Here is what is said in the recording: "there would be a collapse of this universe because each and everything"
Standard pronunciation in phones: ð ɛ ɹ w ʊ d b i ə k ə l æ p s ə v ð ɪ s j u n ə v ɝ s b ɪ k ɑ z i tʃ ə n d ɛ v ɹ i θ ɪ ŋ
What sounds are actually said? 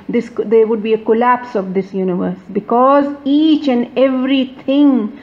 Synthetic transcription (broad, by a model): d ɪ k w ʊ d b i ə k ə l æ p s ə v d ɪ s j u n ə v ɝ s b ɪ k ɑ z i tʃ ə n d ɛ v ɹ i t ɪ ŋ